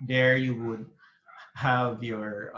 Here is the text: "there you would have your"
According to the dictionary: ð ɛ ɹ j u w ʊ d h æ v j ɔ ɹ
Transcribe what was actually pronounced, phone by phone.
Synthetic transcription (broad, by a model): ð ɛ ɹ j u w ʊ d h æ v j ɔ ɹ